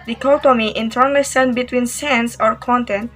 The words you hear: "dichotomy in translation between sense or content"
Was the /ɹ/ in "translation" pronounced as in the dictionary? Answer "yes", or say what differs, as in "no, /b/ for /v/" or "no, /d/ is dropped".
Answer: no, /ɹ/ is dropped